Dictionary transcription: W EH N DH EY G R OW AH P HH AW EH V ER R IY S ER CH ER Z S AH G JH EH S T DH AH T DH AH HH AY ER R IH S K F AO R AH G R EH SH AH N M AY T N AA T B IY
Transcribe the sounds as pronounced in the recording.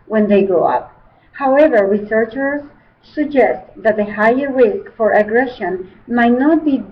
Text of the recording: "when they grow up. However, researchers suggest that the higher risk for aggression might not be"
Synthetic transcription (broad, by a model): W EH N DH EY G OW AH P HH AW EH V ER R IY S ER CH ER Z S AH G JH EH S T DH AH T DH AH HH AY ER R IH S K F AO R AH G R EH SH AH N M AY T N AA T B IY